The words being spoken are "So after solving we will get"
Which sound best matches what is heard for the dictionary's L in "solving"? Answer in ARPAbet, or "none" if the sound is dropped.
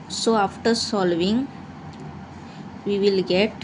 L